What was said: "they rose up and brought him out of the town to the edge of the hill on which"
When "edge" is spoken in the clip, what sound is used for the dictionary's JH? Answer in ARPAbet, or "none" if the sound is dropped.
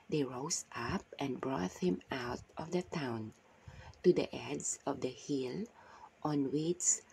Z